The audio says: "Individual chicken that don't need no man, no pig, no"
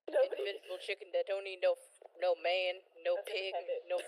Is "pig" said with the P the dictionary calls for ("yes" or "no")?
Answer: yes